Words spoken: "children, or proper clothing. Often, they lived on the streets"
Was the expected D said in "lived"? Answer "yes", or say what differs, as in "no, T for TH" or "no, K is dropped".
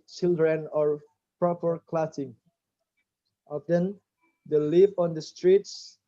no, D is dropped